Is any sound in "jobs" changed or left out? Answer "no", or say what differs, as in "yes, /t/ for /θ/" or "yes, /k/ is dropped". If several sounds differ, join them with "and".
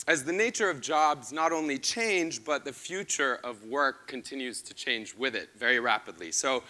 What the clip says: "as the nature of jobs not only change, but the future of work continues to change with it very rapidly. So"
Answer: no